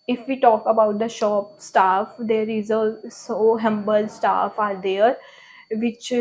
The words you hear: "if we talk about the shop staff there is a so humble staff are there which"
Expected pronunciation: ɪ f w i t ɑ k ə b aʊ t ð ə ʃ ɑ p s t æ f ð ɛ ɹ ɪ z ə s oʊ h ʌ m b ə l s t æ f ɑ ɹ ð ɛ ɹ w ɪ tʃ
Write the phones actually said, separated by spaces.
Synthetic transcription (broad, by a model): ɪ f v i t ɑ k ə b aʊ t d ə ʃ ɑ p s t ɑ f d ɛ ɹ ɪ z ə s oʊ h ʌ m b ə l s t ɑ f ɑ ɹ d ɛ ɹ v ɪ tʃ